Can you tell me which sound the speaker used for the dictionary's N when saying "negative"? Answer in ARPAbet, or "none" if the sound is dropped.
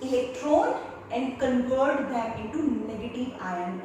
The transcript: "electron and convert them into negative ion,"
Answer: N